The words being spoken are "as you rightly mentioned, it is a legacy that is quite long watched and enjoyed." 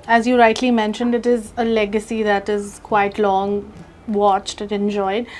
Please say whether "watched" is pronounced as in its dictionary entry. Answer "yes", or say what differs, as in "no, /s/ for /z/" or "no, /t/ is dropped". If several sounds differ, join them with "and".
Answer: yes